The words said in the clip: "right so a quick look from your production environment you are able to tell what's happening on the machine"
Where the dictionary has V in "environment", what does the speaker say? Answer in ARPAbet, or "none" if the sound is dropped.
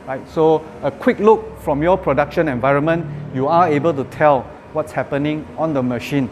V